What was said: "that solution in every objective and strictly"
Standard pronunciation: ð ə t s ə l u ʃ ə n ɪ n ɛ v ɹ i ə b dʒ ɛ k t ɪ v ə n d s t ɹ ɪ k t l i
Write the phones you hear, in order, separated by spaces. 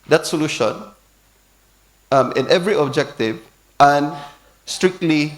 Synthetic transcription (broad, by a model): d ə t s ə l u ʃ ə n ɪ n ɛ v ɹ i ə b dʒ ɛ k t ɪ v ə n s t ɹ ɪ k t l i